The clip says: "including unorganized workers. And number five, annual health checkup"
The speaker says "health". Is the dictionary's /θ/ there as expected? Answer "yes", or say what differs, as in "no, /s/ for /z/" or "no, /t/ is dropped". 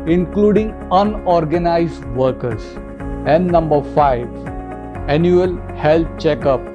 no, /t/ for /θ/